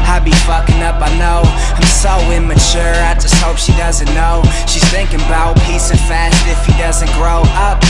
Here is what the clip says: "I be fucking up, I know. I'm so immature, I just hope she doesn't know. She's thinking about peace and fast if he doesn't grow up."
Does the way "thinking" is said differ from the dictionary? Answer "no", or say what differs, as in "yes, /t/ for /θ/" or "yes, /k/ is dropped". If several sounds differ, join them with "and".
no